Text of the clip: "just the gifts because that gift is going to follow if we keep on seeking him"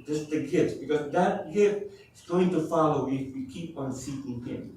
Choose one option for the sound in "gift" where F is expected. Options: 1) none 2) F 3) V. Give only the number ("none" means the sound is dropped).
1